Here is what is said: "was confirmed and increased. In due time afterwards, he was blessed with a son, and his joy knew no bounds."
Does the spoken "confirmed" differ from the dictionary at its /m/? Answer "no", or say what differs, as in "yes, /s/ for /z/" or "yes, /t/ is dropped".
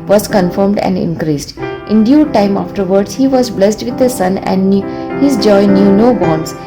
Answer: no